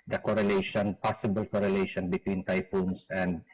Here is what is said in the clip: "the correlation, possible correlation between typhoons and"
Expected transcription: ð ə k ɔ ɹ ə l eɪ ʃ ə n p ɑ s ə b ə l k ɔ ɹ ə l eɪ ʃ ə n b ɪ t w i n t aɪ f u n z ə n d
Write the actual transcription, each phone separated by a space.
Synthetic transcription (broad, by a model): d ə k ɔ ɹ ə l eɪ ʃ ə n p ɑ s ə b ə l k ɔ ɹ ə l eɪ ʃ ə n b ɪ t w i n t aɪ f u n s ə n d